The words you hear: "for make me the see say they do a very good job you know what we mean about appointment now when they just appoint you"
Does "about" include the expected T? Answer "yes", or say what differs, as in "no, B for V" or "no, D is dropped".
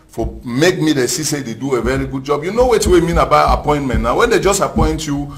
no, T is dropped